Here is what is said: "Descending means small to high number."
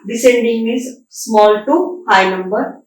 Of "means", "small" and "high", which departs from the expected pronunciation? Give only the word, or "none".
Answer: means